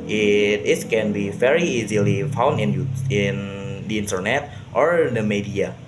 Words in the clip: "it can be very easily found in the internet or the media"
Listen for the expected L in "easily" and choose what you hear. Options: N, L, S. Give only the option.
L